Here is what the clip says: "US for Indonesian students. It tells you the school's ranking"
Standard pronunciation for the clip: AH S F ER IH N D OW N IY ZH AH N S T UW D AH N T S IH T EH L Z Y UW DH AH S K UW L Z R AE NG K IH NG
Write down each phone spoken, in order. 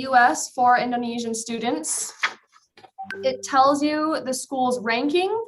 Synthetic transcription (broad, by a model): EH S F ER IH N D OW N IY ZH AH N S T UW D N T S IH T EH L Z Y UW DH AH S K UW L Z R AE NG K IH NG